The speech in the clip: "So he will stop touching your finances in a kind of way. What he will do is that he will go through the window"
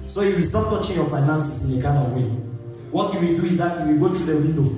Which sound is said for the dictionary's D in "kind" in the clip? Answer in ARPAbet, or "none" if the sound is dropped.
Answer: none